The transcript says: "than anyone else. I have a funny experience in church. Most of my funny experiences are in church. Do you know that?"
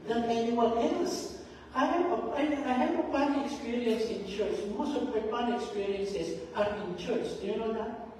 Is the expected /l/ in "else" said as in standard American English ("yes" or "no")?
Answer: yes